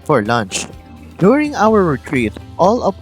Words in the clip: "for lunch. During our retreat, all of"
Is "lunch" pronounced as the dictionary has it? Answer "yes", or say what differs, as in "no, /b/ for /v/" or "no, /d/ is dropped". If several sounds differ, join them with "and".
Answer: yes